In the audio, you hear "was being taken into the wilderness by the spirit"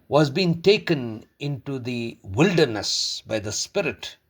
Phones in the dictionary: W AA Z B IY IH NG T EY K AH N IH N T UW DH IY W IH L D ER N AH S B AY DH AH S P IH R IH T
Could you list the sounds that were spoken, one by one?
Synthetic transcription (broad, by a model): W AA Z B IY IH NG T EY K AH N IH N T UW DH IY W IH L D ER N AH S B AY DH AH S P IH R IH T